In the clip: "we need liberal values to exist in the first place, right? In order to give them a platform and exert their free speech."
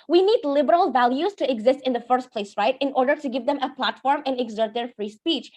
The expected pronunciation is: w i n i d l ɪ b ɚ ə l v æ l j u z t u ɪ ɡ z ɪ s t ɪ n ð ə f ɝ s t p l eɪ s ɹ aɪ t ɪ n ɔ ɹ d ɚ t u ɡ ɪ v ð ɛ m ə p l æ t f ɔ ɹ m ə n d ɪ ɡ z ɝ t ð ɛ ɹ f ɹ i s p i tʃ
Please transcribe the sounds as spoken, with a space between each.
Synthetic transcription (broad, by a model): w i n i d l ɪ b ɚ ə l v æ l j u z t u ɪ ɡ z ɪ s t ɪ n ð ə f ɝ s t p l eɪ s ɹ aɪ t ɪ n ɔ ɹ d ɚ t u ɡ ɪ v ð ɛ m ə p l æ t f ɔ ɹ m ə n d ɪ ɡ z ɝ t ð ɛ ɹ f ɹ i s p i tʃ